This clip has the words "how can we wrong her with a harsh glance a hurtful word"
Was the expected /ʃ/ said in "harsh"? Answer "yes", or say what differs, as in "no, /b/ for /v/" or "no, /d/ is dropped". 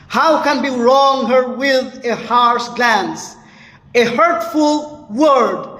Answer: no, /s/ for /ʃ/